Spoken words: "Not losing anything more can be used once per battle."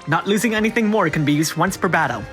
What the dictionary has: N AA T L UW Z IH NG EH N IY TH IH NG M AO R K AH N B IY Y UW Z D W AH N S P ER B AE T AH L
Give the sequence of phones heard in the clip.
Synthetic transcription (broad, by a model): N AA T L UW Z IH NG EH N IY TH IH NG M AO R K AH N B IY Y UW Z D W AH N S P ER B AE T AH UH